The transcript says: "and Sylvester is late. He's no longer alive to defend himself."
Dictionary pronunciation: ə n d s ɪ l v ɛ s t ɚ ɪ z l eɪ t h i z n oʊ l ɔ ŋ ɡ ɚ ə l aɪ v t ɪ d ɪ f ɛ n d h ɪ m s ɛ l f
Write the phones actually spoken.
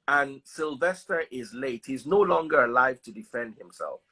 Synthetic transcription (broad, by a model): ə n s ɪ l v ɛ s t ɚ ɪ z l eɪ t h i z n oʊ l ɔ ŋ ɡ ɚ ə l aɪ v t ɪ d ɪ f ɛ n d h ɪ m s ɛ l f